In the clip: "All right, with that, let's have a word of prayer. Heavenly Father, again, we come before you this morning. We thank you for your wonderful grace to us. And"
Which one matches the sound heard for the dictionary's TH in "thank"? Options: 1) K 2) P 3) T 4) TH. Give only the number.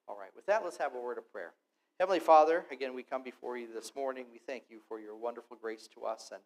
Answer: 4